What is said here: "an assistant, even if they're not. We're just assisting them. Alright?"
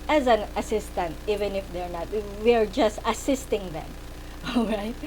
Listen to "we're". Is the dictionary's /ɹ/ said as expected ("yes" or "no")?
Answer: yes